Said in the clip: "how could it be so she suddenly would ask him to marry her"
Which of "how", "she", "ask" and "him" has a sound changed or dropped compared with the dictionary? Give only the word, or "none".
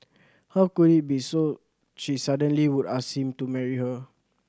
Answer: ask